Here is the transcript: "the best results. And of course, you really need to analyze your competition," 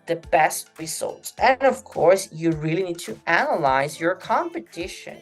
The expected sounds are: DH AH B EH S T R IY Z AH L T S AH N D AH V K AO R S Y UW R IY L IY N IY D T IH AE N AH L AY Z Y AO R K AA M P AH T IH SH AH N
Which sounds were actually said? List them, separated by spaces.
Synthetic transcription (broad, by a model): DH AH B EH S T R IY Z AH L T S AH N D AH V K AO R S Y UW R IY L IY N IY D T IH AE N AH L AY Z Y AO R K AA M P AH T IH SH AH N